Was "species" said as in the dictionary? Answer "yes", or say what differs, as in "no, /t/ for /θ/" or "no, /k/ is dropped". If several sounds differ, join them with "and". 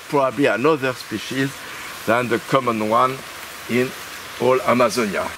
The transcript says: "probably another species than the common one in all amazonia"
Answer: yes